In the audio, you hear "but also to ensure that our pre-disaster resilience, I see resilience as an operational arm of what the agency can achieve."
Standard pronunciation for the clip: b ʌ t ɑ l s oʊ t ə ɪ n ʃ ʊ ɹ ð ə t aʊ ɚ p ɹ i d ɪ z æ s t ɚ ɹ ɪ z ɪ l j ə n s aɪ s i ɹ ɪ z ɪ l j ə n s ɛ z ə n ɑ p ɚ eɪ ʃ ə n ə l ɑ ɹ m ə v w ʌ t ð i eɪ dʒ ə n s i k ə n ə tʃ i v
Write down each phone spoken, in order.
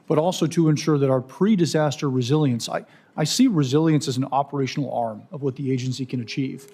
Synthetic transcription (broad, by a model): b ʌ t ɑ l s oʊ t ə ɪ n ʃ ʊ ɹ ð ə t aʊ ɚ p ɹ i d ɪ z æ s t ɚ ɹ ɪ z ɪ l j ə n s aɪ s i ɹ ɪ z ɪ l j ə n s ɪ z n ɑ p ɚ eɪ ʃ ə n l ɑ ɹ m ə v w ʌ t ð i eɪ dʒ ə n s i k ə n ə tʃ i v